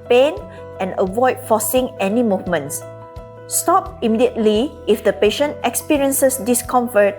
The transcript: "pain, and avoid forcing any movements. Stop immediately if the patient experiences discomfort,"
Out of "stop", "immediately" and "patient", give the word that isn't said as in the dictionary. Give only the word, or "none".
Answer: none